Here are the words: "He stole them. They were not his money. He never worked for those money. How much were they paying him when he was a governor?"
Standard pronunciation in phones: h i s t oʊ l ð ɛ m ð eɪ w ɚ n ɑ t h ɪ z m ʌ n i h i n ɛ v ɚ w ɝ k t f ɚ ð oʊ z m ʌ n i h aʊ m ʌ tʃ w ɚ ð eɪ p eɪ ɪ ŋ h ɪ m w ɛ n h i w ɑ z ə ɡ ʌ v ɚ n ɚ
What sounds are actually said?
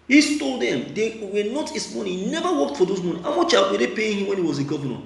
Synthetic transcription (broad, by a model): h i s t oʊ l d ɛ m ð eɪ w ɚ n ɑ t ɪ s m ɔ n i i n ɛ v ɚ w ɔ k t f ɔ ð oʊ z m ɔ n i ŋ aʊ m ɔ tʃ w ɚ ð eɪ p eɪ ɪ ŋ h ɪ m w ɛ n h i w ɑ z ə ɡ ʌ v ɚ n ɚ